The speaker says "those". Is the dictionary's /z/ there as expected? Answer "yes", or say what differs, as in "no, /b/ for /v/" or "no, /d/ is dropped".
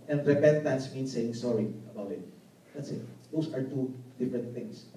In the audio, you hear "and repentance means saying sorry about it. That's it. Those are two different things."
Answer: no, /s/ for /z/